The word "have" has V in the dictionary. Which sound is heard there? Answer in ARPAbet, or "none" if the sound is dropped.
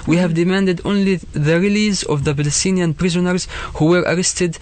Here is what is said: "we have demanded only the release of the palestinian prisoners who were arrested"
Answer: V